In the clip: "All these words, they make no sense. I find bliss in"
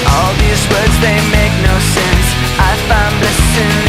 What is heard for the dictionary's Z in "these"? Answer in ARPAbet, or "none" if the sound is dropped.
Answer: Z